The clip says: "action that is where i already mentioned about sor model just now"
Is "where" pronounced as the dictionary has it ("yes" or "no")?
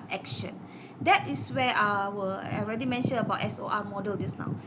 no